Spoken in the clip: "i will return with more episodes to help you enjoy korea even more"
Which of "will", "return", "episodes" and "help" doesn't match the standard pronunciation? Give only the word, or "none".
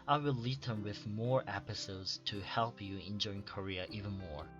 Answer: return